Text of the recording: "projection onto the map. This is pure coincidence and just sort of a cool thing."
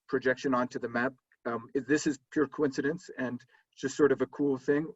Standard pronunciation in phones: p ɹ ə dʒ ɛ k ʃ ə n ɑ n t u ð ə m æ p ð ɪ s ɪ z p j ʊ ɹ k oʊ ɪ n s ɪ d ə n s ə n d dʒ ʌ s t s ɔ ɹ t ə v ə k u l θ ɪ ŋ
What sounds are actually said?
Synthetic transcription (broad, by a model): p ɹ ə dʒ ɛ k ʃ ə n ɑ n t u ð ə m æ p ð ɪ s ɪ z p j ʊ ɹ k oʊ ɪ n s ɪ d ə n s ə n d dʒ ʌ s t s ɔ ɹ t ə v ə k u l θ ɪ ŋ